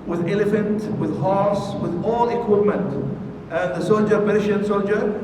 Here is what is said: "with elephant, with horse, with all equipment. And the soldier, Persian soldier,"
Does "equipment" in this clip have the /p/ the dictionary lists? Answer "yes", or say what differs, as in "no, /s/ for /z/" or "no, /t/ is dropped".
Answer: yes